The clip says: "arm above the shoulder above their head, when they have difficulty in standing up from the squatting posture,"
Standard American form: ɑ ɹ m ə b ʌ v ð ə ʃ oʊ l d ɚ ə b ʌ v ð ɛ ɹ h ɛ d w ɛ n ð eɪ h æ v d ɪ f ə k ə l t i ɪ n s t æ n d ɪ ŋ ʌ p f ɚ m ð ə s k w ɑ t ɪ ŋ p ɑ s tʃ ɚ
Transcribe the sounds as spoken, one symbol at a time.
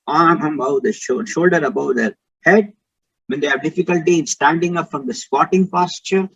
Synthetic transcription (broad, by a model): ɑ ɹ m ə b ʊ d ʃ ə ʃ oʊ l d ɚ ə b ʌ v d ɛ ɹ h ɛ d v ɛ n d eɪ h æ v d ɪ f ə k ə l t i ɪ n s t æ n d ɪ ŋ ʌ p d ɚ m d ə s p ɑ t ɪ ŋ p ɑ s tʃ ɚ